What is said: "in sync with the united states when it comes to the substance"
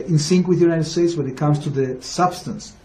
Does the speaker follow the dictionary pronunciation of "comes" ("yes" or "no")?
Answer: no